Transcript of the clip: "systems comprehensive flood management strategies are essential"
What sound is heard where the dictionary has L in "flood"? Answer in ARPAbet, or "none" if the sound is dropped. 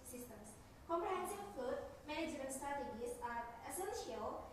none